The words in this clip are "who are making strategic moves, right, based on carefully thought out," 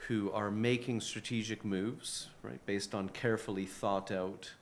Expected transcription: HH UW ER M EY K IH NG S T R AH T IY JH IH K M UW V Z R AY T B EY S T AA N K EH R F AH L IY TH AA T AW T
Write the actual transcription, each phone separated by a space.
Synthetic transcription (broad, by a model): HH UW ER M EY K IH NG S T R AH T IY JH IH K M UW V Z R AY T B EY S T N K EH R F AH L IY TH AA T AW T